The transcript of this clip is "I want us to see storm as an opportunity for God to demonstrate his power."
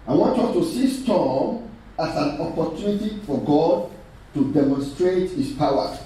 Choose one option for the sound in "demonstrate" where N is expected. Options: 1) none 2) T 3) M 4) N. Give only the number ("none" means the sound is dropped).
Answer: 4